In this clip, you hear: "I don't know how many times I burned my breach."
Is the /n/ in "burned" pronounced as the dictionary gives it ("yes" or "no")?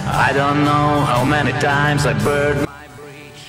no